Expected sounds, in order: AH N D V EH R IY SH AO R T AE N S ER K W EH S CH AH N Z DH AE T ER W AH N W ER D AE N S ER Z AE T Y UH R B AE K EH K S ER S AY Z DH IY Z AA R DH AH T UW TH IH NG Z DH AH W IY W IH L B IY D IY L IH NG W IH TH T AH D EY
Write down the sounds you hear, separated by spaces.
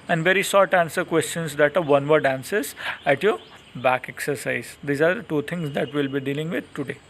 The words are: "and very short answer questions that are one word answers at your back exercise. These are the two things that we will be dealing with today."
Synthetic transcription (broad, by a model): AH N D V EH R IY S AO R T AE N S ER K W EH S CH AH N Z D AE T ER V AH N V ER D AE N S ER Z AE T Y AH R B AE K EH K S ER S AY Z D IY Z AA R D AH T UW T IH NG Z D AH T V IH L B IY D IY L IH NG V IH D T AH D EY